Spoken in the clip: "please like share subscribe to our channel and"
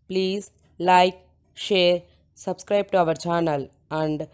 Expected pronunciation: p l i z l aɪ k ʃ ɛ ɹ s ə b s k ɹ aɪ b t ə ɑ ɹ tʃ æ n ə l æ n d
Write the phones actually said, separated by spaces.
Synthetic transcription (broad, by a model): p l i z l aɪ k ʃ ɛ ɹ s ə b s k ɹ aɪ b t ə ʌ ɹ tʃ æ n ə l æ n d